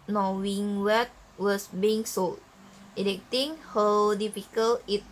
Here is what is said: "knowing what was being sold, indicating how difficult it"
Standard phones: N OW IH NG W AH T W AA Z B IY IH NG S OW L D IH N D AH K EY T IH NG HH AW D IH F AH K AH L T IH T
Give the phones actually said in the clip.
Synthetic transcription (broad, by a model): N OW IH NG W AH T W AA S B IY IH NG S OW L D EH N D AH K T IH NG HH AW D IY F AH K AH L IH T